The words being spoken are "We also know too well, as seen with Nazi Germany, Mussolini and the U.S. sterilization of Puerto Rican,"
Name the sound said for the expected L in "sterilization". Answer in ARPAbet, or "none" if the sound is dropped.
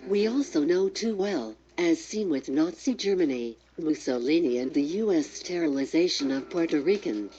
L